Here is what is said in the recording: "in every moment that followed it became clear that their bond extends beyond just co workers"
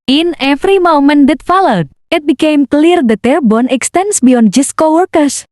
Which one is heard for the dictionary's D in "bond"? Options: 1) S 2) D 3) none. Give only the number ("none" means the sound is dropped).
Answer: 3